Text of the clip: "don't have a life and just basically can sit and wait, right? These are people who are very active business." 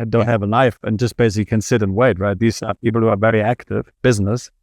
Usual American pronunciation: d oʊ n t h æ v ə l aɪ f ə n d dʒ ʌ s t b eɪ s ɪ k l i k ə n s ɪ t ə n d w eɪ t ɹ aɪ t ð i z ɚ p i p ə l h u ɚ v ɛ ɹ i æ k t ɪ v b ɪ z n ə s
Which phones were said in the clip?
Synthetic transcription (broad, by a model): d oʊ n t h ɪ v ə n aɪ f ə n dʒ ʌ s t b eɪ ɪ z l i k ə n s ɪ t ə n w eɪ t ɹ aɪ t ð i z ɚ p i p l h u ɚ v ɛ ɹ i æ k t ɪ v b ɪ z n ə s